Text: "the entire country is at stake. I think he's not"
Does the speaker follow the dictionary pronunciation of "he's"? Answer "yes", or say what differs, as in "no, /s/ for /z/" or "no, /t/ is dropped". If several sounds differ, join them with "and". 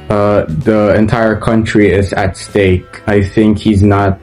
yes